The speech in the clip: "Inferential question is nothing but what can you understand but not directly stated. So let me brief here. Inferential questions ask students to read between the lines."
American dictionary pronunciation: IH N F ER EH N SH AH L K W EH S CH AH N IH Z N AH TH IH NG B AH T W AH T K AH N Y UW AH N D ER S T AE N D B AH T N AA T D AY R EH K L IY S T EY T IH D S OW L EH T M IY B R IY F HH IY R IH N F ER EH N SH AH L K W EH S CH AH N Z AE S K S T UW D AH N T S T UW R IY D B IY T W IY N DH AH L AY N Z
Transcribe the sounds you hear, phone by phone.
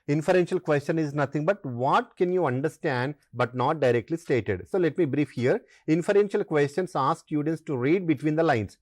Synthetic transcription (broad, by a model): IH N F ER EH N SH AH L K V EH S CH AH N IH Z N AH T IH NG B AH T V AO T K AH N Y UW AH N D ER S T AE N D B AH T N AA T D AY R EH K L IY S T EY T IH D S OW L EH T M IY B R IY F HH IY R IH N F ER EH N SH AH L K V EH S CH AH N S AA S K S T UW D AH N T S T UW R IY D B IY T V IY N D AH L AY N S